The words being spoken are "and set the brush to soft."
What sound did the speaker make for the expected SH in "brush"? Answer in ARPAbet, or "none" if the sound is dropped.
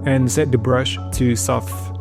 SH